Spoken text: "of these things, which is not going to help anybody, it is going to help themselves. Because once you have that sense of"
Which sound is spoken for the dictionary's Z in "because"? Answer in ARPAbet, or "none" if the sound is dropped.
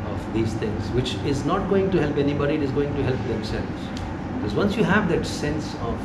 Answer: Z